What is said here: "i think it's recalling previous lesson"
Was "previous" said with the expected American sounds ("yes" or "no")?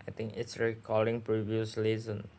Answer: yes